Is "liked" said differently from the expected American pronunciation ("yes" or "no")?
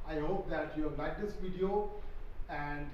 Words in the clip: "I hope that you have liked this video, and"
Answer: yes